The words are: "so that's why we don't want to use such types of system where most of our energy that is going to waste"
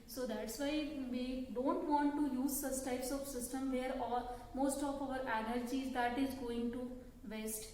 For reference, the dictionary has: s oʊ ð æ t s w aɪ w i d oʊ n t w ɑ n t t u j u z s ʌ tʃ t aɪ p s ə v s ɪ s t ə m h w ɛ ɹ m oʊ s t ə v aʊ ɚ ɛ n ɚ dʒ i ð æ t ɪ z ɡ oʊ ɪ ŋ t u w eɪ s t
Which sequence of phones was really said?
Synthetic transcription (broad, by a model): s oʊ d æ t s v aɪ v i d oʊ n t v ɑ n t t u j u z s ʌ s t aɪ p s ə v s ɪ s t ə m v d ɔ ɹ m oʊ s t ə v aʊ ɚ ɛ n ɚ dʒ i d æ t ɪ z ɡ oʊ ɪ ŋ t u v eɪ s t